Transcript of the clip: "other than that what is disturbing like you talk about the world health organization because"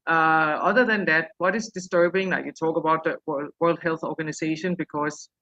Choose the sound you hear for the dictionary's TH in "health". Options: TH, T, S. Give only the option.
TH